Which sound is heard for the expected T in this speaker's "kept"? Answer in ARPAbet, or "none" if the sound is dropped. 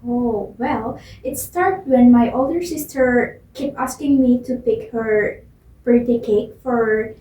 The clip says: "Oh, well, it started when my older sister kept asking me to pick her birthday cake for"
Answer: none